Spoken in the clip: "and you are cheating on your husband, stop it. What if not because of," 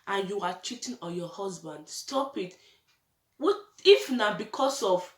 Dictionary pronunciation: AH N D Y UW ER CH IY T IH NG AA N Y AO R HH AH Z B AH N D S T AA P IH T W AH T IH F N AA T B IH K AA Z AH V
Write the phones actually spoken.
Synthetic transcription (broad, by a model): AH N Y UW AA CH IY T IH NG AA Y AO HH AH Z B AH N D S T AA P IH T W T IH F N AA B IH K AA S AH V